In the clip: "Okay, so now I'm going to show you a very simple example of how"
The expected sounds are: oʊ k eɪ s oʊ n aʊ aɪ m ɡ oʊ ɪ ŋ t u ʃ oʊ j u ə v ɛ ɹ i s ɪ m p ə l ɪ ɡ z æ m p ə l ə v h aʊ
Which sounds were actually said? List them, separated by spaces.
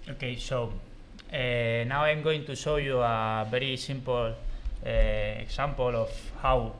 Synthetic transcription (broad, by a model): oʊ k eɪ s oʊ n aʊ aɪ m ɡ oʊ ɪ ŋ t u s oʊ j u ə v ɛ ɹ i s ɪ m p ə l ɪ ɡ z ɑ m p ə l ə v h aʊ